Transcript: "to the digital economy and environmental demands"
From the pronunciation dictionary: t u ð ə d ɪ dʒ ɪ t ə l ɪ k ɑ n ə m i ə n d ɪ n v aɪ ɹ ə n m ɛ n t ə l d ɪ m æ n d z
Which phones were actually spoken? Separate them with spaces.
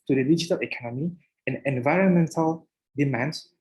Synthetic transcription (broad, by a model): t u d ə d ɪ dʒ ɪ t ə l ɪ k ɑ n ə m i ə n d ɪ n v aɪ ɹ ə n m ɛ n t ə l d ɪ m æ n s